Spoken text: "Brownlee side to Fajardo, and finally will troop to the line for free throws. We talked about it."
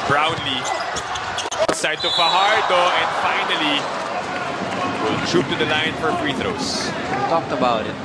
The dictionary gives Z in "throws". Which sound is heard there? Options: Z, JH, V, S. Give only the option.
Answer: S